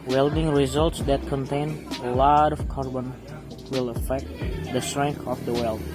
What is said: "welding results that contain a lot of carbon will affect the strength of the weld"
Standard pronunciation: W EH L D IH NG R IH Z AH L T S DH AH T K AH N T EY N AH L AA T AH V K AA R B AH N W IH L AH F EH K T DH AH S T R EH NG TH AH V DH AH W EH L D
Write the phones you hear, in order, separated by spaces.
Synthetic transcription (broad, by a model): W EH L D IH NG R IH Z AH L T S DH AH T K AH N T EY N AH L AA T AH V K AA R B AH N W IH L AH F EH K T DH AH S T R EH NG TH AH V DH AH W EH L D